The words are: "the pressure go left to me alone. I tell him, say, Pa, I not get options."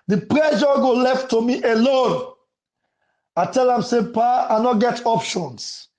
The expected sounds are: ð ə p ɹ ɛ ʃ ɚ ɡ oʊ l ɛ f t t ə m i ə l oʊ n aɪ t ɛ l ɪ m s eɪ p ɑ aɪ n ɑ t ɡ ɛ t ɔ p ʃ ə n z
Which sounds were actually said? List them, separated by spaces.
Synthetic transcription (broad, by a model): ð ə p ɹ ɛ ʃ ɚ ɡ oʊ l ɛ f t t ə m i ə l oʊ n aɪ t ɛ l ɪ m s eɪ p ɑ aɪ n ɑ t ɡ ɛ t ɔ p ʃ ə n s